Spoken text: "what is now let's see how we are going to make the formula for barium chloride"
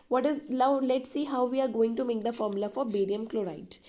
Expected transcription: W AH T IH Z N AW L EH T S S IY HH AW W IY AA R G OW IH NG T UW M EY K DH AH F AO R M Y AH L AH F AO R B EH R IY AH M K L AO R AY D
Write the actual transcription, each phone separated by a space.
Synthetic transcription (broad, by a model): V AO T IH Z L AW L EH T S S IY HH AW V IY AA R G OW IH NG T UW M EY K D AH F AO R M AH L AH F AO R B EH R IY AH M K L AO R AY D